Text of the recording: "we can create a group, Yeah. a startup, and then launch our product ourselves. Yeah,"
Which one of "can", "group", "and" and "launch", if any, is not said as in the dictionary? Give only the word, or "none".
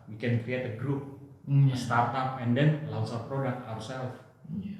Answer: launch